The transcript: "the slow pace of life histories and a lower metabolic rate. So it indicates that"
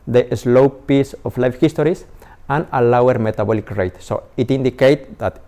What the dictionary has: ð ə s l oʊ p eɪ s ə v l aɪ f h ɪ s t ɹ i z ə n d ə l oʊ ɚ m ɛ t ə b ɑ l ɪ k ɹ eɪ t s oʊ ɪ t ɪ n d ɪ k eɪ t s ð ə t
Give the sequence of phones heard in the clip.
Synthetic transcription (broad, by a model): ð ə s l oʊ p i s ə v l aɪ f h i s t ɹ i s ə n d ə l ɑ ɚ m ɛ t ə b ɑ l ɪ k ɹ eɪ t s oʊ ɪ t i n d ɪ k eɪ t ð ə t